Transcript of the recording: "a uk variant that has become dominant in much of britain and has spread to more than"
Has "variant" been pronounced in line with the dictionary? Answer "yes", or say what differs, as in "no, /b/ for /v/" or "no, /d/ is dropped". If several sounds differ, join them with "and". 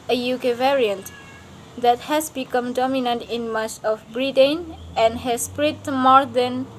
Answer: yes